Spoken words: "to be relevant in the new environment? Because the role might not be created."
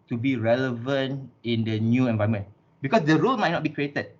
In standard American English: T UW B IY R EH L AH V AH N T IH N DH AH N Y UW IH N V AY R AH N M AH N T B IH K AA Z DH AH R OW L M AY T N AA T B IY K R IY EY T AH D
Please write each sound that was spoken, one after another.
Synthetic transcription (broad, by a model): T UW B IY R EH L AH V AH N T IH N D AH N Y UW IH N V AY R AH M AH N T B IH K AA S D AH R OW L M AY T N AA T B IY K R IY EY T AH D